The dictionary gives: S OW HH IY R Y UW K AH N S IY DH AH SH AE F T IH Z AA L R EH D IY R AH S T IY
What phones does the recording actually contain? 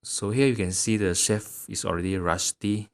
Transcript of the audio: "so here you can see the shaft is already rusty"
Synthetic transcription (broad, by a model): S OW HH IY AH Y UW K AH N S IY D AH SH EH F IH S AA L R EH D IY R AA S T IY